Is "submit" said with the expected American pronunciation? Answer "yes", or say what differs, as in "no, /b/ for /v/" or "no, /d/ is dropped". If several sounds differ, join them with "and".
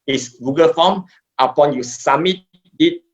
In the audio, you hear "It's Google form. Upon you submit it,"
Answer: no, /b/ is dropped